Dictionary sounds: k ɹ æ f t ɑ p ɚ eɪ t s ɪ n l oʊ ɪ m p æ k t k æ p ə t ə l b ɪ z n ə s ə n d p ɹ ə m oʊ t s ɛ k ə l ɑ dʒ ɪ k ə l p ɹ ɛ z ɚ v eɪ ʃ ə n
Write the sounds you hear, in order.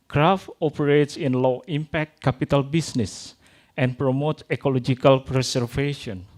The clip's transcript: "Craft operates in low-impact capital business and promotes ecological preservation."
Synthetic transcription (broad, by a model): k ɹ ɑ f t ɑ p ɚ eɪ t s ɪ n l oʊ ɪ m p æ k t k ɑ p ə t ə l b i s n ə s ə n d p ɹ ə m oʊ t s ɛ k ə l ɑ dʒ ɪ k ə l p ɹ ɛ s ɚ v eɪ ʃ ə n